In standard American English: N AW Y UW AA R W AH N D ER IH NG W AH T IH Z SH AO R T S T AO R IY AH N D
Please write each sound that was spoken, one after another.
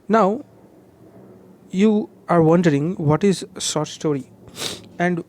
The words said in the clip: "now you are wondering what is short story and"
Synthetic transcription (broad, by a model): N AW Y UW AA R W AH N D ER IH NG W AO T IH Z S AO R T S T AO R IY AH N D